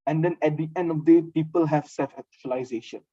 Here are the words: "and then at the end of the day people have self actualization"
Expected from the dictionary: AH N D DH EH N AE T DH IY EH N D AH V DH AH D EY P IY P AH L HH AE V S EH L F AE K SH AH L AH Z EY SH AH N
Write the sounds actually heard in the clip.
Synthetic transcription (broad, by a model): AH N D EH N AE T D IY EH N D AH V D EY P IY P AH L HH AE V S EH L F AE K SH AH L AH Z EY SH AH N